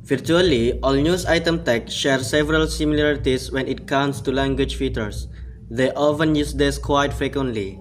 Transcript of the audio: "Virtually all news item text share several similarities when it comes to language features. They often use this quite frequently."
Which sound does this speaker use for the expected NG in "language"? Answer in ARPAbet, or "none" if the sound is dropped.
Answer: NG